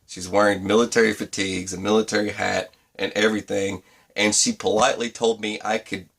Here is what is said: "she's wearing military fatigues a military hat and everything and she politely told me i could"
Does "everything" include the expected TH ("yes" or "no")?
yes